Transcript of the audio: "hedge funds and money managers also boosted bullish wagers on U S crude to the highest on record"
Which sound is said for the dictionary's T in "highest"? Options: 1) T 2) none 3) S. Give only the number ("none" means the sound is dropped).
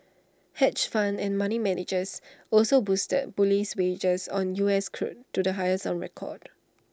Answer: 2